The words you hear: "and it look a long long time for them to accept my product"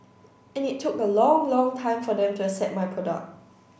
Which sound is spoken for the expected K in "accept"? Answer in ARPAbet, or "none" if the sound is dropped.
none